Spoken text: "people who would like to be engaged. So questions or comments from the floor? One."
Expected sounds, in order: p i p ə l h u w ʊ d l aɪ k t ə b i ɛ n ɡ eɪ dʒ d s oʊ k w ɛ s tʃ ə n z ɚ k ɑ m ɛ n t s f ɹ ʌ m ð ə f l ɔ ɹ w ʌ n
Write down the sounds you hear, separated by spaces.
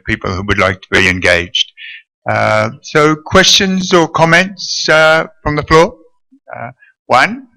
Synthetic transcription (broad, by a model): p i p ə l h u w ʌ d l aɪ k t ə b i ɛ n ɡ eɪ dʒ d s oʊ k w ɛ s tʃ ə n z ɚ k ɑ m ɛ n t s f ɹ ʌ m ð ə f l ɔ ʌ w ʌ n